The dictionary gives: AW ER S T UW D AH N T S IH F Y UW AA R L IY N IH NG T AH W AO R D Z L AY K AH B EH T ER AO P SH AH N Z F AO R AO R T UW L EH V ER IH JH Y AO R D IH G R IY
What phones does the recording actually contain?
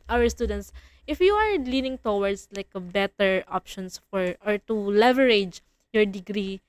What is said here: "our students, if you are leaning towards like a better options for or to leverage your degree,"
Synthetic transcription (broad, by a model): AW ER S T UW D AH N T S IH F Y UW AA R L IY N IH NG T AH W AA R D S L AY K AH B EH T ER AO P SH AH N S F AO R AO R T UW L EH V ER IH JH Y AO R D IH G R IY